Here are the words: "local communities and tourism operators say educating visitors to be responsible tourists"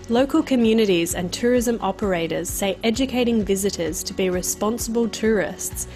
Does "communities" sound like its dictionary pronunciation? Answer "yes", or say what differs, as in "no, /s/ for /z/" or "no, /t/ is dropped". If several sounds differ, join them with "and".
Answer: yes